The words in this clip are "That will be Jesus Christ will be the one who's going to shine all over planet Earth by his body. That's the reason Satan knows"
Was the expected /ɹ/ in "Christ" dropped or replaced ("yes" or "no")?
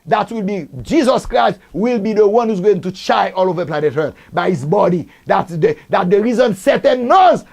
no